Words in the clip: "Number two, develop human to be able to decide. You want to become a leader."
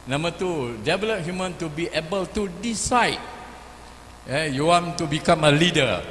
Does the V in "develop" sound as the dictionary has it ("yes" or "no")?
no